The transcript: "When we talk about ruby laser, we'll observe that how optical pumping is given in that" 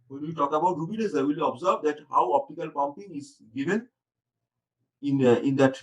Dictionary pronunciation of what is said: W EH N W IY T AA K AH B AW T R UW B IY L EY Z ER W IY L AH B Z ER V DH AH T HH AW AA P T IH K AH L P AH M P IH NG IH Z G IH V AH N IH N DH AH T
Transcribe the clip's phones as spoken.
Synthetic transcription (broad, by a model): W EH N W IY T AA K AH B AW T R UW B IY N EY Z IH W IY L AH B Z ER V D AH T HH AW AA P T IH K AH L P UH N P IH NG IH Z G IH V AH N IH N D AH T